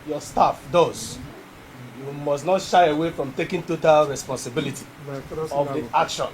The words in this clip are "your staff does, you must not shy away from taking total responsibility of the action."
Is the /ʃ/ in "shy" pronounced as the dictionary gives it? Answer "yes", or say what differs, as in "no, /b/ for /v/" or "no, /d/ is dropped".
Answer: yes